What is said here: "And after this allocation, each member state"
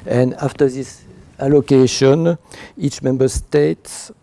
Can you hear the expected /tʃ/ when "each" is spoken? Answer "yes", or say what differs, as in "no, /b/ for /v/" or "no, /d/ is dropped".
yes